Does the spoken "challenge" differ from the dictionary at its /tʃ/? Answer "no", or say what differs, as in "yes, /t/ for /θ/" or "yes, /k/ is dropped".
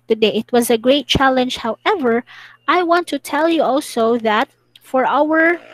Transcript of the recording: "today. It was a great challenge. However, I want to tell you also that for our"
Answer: no